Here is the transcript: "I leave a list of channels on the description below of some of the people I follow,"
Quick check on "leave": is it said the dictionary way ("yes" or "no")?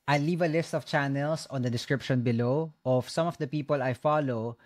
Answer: yes